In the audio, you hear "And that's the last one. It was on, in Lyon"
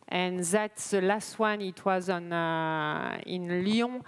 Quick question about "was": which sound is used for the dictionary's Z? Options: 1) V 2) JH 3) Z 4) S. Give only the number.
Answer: 3